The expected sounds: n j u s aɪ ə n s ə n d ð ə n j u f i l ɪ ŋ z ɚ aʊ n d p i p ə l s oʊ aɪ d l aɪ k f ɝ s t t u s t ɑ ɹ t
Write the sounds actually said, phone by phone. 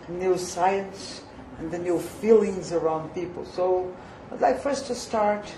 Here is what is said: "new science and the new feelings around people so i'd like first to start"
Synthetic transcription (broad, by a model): n j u s aɪ ə n s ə n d ð ə n j u f i l ɪ ŋ z ɚ aʊ n d p i p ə l s oʊ aɪ d l aɪ k f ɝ s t t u s t ɑ ɹ t